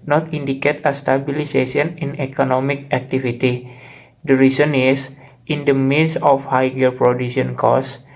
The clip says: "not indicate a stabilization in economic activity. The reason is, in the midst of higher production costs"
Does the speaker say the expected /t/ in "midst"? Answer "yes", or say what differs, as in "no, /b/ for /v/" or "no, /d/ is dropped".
no, /t/ is dropped